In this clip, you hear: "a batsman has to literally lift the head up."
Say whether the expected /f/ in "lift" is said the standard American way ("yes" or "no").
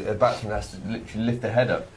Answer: yes